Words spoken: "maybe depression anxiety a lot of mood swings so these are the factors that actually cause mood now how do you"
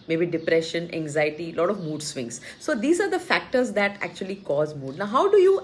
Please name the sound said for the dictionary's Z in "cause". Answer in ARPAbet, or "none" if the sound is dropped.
Z